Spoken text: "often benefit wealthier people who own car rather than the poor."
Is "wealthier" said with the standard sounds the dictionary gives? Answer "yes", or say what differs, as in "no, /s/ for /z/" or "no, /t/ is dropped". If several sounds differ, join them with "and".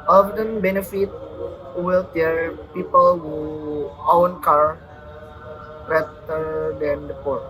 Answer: no, /t/ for /θ/